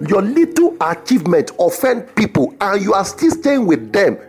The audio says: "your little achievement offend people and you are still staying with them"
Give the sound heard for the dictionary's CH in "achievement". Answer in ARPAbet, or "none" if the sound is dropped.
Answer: CH